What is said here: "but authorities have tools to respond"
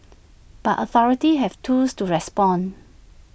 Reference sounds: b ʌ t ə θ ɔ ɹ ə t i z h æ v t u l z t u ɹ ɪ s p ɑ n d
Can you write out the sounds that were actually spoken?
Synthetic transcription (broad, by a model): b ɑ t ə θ ɔ ɹ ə t i h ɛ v t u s t u ɹ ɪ s p ɑ n